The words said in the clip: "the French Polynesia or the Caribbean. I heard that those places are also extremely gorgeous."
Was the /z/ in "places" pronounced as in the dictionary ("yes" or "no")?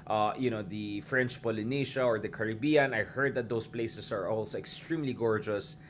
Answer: no